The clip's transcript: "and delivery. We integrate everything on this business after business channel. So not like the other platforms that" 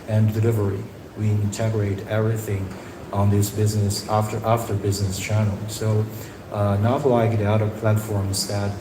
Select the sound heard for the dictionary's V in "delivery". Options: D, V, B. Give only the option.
V